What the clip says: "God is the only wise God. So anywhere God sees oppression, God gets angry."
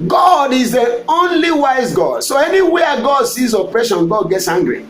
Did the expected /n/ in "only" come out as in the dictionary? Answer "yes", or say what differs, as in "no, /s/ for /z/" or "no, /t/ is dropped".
yes